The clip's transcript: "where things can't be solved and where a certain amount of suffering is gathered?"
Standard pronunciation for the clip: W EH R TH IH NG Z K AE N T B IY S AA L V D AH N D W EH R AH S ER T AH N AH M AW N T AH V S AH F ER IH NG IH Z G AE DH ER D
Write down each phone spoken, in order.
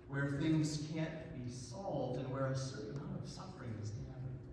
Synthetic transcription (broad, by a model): W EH R TH IH NG Z K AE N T B IY S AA L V D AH N W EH R AH S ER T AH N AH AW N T AH V S AH F ER IH NG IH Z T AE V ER